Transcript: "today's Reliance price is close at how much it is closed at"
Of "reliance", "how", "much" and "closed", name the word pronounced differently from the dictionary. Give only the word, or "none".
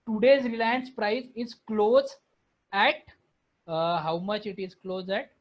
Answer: closed